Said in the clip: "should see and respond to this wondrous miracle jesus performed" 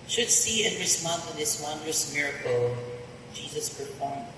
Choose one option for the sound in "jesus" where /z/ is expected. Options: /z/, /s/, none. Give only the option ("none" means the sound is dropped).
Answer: /z/